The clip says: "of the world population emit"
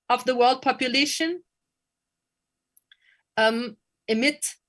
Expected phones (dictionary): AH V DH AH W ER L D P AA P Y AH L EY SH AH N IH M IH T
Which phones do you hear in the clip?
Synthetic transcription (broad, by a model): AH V DH AH W ER L D P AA P Y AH L EY SH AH N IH M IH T